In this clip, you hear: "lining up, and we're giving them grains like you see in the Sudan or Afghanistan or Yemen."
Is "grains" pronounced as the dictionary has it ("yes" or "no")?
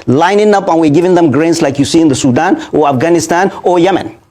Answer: no